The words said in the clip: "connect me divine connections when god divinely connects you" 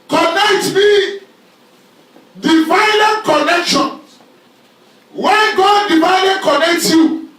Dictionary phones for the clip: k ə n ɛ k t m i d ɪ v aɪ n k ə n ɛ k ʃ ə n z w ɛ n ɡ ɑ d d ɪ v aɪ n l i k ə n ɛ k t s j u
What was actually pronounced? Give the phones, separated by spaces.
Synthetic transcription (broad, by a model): k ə n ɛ k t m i d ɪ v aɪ l k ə n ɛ k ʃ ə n w ɛ n ɡ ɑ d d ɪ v aɪ l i k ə n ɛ k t j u